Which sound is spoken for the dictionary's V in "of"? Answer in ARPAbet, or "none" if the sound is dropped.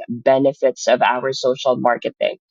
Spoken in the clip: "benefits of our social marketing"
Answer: V